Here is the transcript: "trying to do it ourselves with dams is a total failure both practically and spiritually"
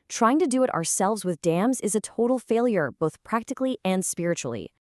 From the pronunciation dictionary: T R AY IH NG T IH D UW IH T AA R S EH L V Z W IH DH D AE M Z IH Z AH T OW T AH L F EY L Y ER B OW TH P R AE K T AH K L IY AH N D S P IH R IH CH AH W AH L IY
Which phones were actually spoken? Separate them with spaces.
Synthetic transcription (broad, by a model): T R AY IH NG T IH D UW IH T AA R S EH L V Z W IH DH D AE M Z IH Z AH T OW T L F EY L Y ER B OW TH P R AE K T AH K L IY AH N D S P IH R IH CH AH L IY